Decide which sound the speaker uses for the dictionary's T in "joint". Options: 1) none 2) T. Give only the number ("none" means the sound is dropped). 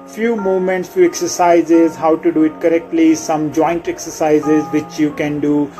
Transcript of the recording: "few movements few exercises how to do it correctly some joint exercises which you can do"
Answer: 2